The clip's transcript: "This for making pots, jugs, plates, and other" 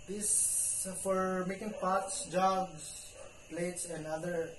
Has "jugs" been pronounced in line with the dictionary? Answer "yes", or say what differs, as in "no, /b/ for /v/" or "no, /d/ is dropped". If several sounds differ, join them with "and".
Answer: no, /s/ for /z/